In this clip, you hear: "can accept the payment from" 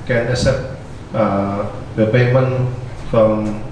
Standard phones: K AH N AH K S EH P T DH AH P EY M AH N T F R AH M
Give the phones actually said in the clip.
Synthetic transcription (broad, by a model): K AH N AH S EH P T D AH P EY M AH N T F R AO M